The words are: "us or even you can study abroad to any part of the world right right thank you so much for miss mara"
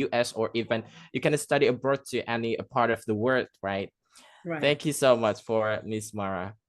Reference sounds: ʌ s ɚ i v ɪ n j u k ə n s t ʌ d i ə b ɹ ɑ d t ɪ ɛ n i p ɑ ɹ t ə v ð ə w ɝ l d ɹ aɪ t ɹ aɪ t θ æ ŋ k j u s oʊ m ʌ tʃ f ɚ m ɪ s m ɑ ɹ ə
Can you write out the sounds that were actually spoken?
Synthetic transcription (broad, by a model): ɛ s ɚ i v ɪ n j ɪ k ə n s t ʌ d i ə b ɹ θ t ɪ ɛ n i p ɑ ɹ t ə v ð ə w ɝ d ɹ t ɹ aɪ t θ æ ŋ k j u s oʊ m ʌ tʃ f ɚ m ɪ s m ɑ ɹ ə